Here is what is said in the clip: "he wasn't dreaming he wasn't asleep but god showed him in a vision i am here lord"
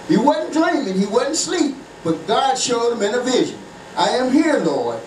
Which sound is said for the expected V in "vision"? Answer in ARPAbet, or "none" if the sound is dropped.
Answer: V